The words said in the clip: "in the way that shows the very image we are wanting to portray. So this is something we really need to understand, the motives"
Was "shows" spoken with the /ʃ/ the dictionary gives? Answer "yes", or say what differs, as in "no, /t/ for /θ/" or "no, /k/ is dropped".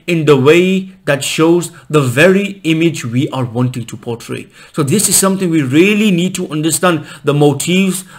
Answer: yes